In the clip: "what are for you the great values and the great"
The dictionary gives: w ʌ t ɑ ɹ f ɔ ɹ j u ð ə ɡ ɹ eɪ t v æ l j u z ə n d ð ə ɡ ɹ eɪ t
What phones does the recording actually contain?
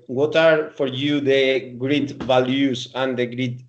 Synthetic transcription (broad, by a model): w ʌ t ɑ ɹ f ɔ ɹ j u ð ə ɡ ɹ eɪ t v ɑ l j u s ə n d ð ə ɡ ɹ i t